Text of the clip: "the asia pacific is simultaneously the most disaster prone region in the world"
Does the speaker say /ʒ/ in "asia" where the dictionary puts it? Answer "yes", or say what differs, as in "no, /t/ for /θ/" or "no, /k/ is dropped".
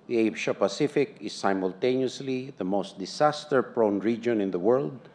no, /ʃ/ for /ʒ/